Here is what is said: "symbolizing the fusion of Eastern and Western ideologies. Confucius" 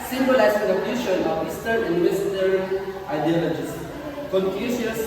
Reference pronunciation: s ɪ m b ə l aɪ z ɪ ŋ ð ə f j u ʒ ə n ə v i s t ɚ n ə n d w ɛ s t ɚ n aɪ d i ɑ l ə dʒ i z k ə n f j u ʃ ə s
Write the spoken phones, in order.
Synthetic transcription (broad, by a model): s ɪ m b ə l aɪ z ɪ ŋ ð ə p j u ʃ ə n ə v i s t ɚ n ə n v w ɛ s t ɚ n aɪ d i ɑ l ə dʒ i s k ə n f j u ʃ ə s